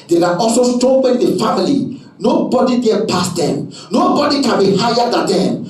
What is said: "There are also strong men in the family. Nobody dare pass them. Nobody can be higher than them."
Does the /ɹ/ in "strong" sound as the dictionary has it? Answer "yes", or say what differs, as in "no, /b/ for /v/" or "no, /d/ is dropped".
no, /ɹ/ is dropped